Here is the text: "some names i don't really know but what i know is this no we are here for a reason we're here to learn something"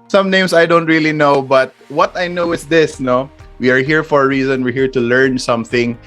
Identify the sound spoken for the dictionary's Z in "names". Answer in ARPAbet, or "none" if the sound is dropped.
S